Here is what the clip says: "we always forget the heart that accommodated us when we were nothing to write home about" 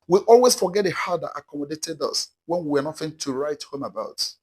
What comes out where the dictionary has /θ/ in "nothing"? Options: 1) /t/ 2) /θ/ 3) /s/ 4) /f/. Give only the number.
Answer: 4